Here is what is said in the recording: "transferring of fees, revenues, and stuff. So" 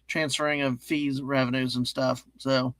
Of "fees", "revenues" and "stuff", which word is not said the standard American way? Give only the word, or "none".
none